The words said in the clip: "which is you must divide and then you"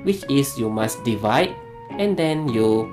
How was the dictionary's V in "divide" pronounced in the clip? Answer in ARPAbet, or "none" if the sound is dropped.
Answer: V